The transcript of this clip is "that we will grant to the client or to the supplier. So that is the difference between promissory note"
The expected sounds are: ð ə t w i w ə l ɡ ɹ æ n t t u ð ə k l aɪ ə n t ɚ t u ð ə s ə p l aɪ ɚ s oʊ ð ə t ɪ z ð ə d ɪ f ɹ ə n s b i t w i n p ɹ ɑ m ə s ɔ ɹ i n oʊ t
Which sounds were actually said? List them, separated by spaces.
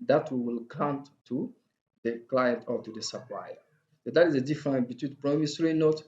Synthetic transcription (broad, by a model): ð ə t w i w ə l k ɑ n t t u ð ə k l aɪ ə n t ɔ t u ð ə s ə p l aɪ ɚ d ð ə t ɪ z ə d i f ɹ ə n b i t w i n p ɹ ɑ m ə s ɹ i n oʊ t